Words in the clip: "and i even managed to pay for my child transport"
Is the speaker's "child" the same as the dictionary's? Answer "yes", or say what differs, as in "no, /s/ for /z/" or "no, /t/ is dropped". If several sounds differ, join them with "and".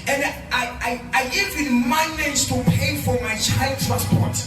yes